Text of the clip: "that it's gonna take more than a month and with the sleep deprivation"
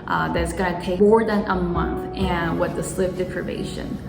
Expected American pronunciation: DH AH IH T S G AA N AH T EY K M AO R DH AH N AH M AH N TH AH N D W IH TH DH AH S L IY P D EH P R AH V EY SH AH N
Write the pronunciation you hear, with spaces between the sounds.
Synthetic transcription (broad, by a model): DH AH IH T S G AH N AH T EY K M AO R DH AH N AH M AH N TH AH N W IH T DH AH S L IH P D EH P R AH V EY SH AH N